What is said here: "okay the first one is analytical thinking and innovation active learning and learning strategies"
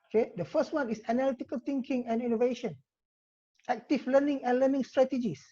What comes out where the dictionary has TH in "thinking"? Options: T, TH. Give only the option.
T